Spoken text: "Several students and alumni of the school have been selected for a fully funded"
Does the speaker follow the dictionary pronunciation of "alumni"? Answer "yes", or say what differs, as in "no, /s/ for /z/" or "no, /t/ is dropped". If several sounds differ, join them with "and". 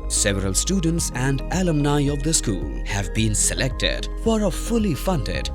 yes